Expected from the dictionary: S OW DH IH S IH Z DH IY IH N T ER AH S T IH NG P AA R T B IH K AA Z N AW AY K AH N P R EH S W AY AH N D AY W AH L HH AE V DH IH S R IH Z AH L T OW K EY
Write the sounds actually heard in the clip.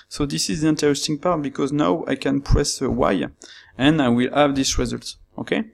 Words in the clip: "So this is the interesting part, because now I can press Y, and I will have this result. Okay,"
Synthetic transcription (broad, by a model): S OW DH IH S IH Z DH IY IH N T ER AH S T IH NG P AA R T B IH K AA Z N AW AY K AH N P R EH S W AY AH N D AY W AH L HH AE V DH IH S R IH Z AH L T OW K EY